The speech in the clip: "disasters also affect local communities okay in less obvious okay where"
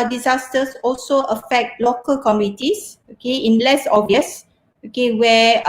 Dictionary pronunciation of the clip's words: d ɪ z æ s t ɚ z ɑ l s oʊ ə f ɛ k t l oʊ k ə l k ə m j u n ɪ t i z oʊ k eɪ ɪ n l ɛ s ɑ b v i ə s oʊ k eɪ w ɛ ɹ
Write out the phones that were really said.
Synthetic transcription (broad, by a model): d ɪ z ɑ s t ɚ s ɑ l s oʊ ə f ɛ k t l oʊ k ə l k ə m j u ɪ t i s oʊ k eɪ ɪ n l ɛ s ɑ v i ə s oʊ k eɪ w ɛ